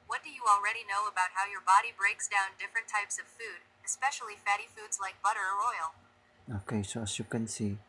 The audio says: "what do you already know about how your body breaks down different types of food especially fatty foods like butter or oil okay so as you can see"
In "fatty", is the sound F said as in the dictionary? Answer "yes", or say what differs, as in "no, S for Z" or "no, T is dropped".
yes